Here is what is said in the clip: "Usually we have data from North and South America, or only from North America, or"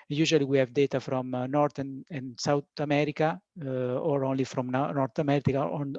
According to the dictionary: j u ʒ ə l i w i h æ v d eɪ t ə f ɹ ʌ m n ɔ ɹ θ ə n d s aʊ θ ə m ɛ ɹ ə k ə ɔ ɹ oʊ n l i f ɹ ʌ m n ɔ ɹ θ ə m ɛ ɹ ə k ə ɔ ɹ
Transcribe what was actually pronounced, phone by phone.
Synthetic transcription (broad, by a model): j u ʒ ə l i w i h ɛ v d eɪ t ə f ɹ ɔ m n ɔ ɹ t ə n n s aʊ t ə m ɛ ɹ ə k ə ɔ ɹ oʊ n l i f ɹ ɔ m n ɔ ɹ t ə m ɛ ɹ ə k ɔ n